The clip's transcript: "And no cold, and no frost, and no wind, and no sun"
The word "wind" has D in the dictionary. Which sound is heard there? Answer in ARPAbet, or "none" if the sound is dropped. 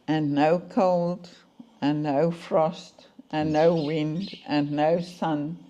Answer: D